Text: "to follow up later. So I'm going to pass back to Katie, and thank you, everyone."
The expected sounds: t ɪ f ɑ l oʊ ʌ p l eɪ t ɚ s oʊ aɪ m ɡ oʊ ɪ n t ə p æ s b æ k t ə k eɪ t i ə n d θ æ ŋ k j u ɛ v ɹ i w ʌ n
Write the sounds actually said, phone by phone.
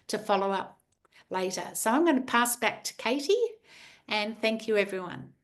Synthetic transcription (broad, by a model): t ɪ f ɑ l oʊ ʌ p l eɪ t ɚ s oʊ aɪ m ɡ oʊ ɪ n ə p æ s b æ k t ə k eɪ t i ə n θ æ ŋ k j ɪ ɛ v ɹ i w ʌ n